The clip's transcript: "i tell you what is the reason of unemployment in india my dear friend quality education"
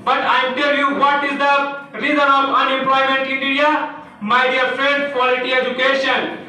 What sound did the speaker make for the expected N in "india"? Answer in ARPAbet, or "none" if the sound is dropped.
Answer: none